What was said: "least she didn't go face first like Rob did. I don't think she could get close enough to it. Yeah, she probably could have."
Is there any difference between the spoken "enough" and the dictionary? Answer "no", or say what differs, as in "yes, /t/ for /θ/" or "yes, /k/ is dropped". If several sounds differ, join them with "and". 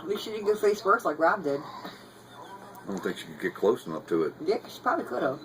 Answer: yes, /p/ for /f/